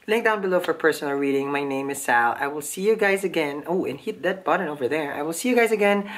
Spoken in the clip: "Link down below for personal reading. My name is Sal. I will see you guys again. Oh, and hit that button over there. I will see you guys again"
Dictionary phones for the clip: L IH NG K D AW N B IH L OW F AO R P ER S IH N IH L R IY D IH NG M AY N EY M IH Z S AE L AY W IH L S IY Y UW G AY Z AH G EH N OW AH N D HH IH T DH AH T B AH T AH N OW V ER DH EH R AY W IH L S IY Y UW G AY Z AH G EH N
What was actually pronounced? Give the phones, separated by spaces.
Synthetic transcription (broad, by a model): L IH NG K D AW N B IH L OW F AO R P ER S IH N IH L R IY D IH NG M AY N EY M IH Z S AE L AY W IH L S IY Y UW G AY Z AH G EH N OW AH N HH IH T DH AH T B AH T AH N OW V ER DH EH R AY W IH L S IY Y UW G AY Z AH G EH N